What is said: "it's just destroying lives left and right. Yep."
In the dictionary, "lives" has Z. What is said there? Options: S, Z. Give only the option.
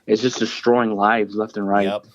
Z